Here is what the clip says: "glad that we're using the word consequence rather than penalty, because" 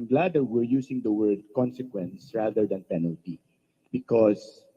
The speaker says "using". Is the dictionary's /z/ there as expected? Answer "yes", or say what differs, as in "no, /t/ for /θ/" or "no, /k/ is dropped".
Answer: no, /s/ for /z/